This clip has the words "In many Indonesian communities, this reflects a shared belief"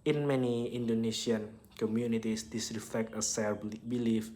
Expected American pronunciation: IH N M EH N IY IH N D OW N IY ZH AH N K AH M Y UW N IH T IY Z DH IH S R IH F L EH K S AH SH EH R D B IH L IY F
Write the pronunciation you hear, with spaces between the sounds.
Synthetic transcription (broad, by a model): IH N M EH N IY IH N D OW N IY SH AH N K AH M Y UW N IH T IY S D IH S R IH F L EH K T AH S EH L B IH L IY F